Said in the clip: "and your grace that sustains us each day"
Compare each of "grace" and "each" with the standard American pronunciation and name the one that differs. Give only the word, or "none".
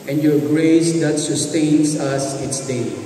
each